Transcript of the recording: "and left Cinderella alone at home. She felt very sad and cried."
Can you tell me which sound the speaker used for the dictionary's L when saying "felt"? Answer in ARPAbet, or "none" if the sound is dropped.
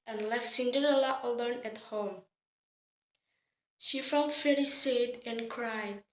L